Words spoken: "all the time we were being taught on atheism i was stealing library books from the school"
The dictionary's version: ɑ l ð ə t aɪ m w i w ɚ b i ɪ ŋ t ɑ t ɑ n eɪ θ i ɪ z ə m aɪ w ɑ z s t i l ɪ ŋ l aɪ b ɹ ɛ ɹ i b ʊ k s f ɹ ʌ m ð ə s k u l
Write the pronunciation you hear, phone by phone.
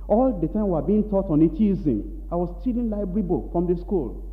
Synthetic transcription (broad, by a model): ɑ l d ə t aɪ m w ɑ b i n t ɑ t ɑ n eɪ t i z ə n aɪ w ɑ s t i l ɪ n l aɪ b ɛ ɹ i b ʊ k f ɹ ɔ m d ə s k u l